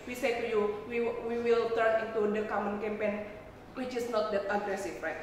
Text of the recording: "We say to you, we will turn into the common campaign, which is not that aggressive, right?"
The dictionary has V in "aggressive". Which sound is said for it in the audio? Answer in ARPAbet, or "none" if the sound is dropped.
F